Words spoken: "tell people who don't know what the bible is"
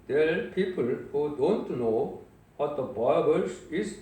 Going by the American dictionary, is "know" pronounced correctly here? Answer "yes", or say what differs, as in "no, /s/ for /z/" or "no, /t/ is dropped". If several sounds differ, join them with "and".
yes